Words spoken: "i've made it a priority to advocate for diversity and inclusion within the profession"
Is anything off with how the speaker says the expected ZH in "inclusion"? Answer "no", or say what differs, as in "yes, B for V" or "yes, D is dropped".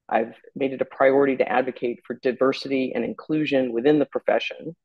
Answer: no